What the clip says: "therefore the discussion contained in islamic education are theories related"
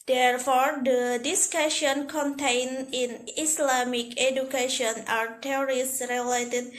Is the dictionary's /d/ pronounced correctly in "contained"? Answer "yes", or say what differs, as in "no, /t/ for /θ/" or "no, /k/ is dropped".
no, /d/ is dropped